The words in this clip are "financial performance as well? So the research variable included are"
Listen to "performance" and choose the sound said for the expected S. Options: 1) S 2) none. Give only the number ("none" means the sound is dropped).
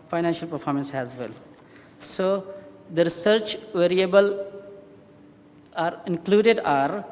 1